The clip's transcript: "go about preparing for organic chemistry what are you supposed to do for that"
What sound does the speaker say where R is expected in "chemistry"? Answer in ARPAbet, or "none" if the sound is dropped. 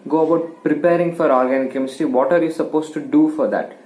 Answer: none